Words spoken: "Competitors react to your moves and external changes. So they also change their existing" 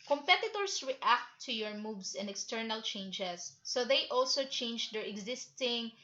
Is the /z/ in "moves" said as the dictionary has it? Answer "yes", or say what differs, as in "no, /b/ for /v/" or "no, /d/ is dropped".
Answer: no, /s/ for /z/